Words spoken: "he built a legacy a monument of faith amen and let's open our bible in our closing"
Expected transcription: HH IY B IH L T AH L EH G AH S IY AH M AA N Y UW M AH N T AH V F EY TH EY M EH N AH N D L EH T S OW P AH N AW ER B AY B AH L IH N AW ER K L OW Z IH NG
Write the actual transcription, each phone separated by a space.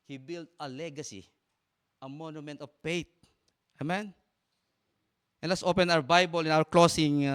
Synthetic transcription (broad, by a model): HH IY B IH L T AH L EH G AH S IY AH M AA N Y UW M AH N T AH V P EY T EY M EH N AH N L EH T S OW P AH N AW ER B AY B AH L IH N AW ER K L OW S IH NG